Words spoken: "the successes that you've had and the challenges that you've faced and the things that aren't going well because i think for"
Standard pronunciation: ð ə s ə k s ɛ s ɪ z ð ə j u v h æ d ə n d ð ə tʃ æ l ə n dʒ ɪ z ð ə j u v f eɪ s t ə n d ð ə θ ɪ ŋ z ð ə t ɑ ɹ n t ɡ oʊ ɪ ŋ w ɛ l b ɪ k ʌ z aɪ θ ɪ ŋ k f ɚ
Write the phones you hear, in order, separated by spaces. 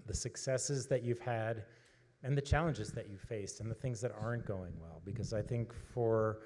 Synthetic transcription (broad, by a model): ð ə s ə k s ɛ s ɪ z ð ə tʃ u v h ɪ d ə n ð ə tʃ æ l ə n dʒ ɪ z ð ə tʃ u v f eɪ s t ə n ð ə θ ɪ ŋ z ð ə t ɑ ɹ n ɡ oʊ ɪ ŋ w ɛ l b ɪ k ʌ z aɪ θ ɪ ŋ k f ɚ